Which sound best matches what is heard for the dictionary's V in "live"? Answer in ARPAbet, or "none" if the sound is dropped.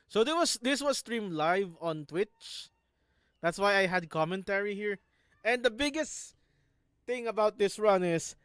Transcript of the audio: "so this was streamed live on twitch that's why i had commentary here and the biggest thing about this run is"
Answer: V